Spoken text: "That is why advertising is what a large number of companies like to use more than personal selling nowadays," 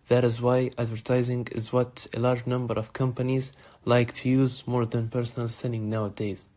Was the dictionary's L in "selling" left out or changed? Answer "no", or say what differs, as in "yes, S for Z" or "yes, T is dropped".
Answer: yes, N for L